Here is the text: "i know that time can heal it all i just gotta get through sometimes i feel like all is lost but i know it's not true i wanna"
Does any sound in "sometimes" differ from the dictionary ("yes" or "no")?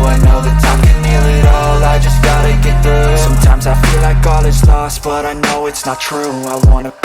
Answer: no